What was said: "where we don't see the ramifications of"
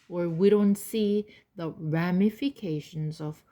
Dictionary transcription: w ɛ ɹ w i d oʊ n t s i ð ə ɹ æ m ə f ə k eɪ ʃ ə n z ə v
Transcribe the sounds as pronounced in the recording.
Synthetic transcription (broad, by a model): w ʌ ɹ w i d oʊ n t s i ð ə ɹ æ m ə f ə k eɪ ʃ ə n z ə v